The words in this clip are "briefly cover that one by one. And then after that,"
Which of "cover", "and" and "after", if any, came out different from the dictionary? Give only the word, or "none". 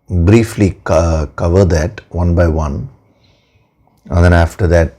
none